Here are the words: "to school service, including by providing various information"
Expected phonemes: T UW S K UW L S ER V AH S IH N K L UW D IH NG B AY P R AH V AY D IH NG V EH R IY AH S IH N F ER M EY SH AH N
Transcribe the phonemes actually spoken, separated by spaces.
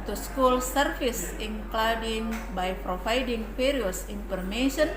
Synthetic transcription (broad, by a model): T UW S K UW L S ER F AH S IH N K L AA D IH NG B AY P R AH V AY D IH NG F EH R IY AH S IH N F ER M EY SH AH N